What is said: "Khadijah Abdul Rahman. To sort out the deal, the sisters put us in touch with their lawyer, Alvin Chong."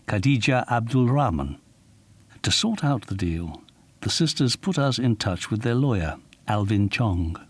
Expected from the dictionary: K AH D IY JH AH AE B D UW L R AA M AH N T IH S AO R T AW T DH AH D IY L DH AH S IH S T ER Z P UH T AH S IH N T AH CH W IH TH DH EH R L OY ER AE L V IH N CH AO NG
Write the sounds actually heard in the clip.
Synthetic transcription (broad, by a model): K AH D IY JH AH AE B D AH L R AA M AH N T IH S AO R T AW T DH AH D IY L DH AH S IH S T ER Z P UH T AH S IH N T AH CH W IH DH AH R L OY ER AE L V IH N CH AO NG